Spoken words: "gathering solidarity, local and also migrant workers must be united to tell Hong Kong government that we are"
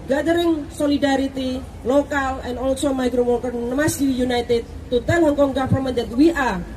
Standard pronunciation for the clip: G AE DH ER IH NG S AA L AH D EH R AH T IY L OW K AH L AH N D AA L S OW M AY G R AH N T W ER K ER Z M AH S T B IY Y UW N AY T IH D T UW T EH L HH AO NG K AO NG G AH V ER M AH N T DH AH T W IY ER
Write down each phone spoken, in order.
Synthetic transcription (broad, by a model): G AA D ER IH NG S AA L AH D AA R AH T IY L OW K AH L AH N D AA L S OW M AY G R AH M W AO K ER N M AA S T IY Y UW N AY T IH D T UW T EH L HH AO NG K AO NG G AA F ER M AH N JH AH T W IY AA